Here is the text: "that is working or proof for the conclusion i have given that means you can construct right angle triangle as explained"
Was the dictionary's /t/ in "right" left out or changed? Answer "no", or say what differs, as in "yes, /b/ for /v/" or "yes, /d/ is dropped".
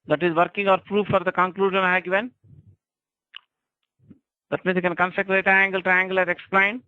yes, /t/ is dropped